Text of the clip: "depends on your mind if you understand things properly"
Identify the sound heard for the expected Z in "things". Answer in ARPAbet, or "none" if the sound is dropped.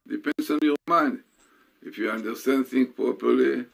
none